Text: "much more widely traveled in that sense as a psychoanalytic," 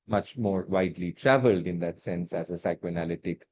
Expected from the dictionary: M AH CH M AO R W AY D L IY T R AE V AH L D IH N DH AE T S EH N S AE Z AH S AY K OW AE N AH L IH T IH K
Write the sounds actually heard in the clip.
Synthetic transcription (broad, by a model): M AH CH M AO R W AY D L IY T R AE V AH L D IH N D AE T S EH N S AE Z AH S AY K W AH N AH L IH T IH K